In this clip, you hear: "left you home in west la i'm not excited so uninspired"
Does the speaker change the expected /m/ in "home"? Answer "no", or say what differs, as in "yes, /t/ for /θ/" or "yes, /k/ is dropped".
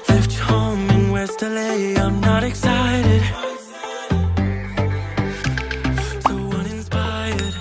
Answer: yes, /m/ is dropped